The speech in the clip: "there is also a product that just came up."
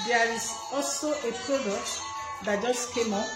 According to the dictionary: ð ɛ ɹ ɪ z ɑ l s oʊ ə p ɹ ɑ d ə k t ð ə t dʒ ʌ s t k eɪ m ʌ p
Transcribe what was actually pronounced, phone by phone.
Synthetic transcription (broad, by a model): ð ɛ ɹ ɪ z ɑ l s oʊ ə p ɹ ɑ d ə k t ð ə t dʒ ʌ s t k eɪ m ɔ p